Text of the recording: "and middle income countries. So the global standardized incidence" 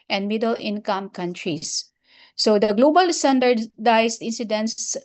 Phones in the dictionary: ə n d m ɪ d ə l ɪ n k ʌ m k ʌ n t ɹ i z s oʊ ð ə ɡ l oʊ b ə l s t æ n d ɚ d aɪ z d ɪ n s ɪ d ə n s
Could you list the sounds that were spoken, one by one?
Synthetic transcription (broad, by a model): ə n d m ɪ d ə l ɪ n k ʌ m k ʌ n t ɹ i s s oʊ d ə ɡ l oʊ b ə l s t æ n d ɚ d aɪ s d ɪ n s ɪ d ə n s